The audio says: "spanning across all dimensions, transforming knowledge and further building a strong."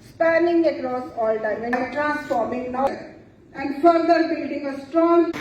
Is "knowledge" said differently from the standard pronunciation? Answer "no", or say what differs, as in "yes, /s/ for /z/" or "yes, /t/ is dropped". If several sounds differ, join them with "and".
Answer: yes, /l/ is dropped